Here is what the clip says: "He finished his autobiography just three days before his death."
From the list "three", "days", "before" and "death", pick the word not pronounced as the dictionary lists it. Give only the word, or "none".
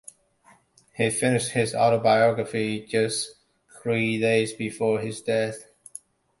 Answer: none